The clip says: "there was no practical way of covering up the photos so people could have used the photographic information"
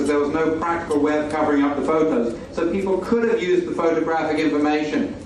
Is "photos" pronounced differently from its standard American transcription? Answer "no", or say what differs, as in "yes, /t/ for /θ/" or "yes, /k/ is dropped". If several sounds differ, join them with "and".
no